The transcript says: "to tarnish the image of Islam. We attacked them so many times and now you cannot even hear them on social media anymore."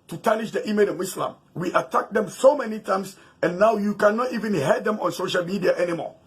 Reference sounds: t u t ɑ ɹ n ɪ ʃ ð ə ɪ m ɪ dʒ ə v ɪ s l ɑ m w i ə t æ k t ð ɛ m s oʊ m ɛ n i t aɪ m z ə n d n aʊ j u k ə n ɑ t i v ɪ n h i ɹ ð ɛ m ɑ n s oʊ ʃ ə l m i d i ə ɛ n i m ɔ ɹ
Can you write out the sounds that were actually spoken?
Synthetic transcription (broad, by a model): t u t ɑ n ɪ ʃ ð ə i m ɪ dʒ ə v ɪ s l ɑ m w i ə t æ k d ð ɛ m s oʊ m ɛ n i t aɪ m s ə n n aʊ j u k ə n ɑ t i v ɪ n h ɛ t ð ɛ m ɑ n s oʊ ʃ ə l m i d i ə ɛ n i m ɔ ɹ